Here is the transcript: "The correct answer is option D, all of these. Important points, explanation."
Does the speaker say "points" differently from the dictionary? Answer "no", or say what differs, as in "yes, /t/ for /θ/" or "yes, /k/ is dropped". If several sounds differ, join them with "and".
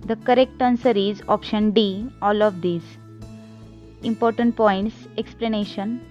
no